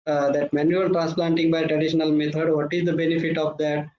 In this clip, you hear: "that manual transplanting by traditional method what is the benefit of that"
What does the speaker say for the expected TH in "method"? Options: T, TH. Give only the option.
T